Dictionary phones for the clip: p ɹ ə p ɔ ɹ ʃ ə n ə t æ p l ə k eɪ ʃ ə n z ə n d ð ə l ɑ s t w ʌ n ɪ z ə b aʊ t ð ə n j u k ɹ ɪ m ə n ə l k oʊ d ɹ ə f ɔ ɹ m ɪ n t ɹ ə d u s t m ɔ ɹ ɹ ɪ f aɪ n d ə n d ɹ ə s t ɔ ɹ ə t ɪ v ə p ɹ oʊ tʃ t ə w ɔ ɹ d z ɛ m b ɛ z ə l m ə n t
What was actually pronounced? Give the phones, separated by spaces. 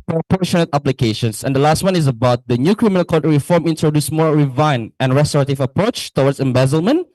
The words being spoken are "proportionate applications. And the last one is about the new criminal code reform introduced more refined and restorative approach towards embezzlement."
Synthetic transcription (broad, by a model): p ɹ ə p ɔ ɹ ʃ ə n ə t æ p l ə k eɪ ʃ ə n s ə n d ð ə l ɑ s t w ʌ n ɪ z ə b aʊ t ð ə n j u k ɹ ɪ m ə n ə l k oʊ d ɹ ə f ɔ ɹ m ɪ n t ɹ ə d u s m ɔ ɹ ɹ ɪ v aɪ n ə n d ɹ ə s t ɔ ɹ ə t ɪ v ə p ɹ oʊ tʃ t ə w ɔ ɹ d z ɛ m b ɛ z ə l m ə n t